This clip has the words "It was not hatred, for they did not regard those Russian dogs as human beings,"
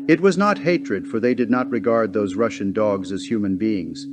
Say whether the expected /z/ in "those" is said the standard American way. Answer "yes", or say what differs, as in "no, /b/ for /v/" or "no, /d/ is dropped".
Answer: yes